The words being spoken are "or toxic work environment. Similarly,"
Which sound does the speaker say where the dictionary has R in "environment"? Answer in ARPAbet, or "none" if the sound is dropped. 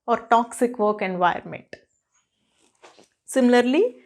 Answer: none